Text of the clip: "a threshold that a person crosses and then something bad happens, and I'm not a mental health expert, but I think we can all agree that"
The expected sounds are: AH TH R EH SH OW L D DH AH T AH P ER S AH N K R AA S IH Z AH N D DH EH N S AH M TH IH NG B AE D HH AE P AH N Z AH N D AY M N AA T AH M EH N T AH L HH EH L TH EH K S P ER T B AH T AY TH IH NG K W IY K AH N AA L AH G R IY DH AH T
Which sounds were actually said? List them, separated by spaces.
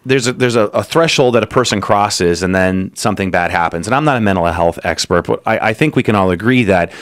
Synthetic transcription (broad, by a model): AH TH R EH SH OW L D DH AH T AH P ER S AH N K R AA S IH Z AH N DH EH N S AH M TH IH NG B AE D HH AE P AH N Z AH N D AY M N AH T AH M EH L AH HH EH L TH EH K S P ER T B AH T AY TH IH NG K W IY K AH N AA L AH G R IY DH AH T